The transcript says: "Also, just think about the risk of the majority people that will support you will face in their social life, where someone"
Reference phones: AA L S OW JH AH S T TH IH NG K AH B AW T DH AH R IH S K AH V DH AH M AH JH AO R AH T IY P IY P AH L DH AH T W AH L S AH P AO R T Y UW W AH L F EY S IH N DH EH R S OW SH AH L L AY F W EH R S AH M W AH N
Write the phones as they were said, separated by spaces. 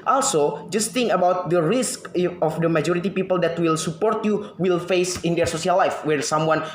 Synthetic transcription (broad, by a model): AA L S OW JH AH S T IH NG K AH B AW T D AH R IH S K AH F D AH M AH JH AO R AH T IY P IY P AH L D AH T W AH L S AH P AO R T Y UW W AH L F EY S IH N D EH R S OW S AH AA L AY F W EH R S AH M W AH N